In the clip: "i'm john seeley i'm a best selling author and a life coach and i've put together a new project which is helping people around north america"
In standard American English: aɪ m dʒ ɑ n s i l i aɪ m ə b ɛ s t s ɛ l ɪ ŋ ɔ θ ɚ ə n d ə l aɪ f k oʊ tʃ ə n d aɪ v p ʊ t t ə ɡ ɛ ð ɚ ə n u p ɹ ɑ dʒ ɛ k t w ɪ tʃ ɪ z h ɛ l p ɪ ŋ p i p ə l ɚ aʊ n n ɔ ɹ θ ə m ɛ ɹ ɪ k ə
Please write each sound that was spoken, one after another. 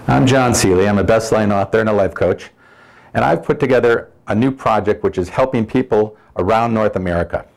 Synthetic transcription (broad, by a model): aɪ m dʒ ɑ n s i l i aɪ m ə b ɛ s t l ɛ ɪ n ɔ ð ɚ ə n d ə l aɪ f k oʊ tʃ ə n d aɪ v p ʊ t t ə ɡ ɛ ð ɚ ə n u p ɹ ɑ dʒ ɛ k t w ɪ tʃ ɪ z h ɛ l p ɪ ŋ p i p l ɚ aʊ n n ɔ ɹ θ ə m ɛ ɹ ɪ k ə